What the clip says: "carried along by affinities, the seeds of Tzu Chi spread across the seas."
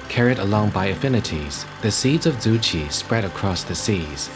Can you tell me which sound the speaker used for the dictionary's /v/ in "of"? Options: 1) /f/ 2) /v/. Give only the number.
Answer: 2